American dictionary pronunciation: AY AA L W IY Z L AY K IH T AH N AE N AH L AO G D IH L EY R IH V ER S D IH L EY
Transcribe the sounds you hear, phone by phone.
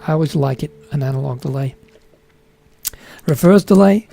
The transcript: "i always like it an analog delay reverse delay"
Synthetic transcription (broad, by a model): AY AA L W IY Z L AY K IH T AH N AE N AH L AO G D IH L EY R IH F ER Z D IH L EY